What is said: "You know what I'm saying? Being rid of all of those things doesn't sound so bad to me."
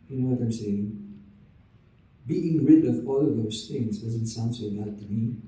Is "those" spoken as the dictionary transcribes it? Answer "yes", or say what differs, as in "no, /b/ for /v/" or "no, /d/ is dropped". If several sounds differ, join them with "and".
no, /s/ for /z/